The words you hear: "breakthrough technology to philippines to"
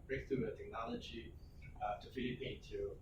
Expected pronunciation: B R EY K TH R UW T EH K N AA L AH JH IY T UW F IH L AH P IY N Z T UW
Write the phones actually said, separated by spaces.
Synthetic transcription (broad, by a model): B R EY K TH R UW T EH K N AA L AH JH IY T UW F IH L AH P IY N T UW